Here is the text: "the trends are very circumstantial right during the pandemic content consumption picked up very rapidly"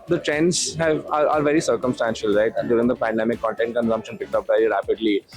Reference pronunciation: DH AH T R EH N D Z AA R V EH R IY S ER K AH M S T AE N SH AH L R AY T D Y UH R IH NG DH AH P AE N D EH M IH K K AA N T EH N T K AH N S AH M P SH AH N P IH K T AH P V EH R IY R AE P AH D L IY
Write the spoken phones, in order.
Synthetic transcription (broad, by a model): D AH T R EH N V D AA R V EH R IY S ER K AH M S T AE N SH AH L R AY T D Y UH R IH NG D AH P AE N D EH M IH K K AA N T EH N T K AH N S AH M P SH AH N P IH K T AH P V EH R IY R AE P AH D L IY